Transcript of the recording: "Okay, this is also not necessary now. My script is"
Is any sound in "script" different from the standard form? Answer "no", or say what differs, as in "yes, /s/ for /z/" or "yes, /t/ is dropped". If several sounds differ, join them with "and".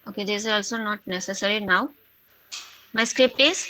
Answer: no